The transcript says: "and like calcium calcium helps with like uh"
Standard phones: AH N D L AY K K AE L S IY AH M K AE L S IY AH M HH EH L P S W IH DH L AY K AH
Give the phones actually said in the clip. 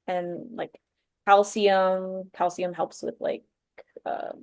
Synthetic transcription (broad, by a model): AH N L AY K K AE L S IY AH M K AE L S IY AH M HH EH L P S W IH DH L AY K AH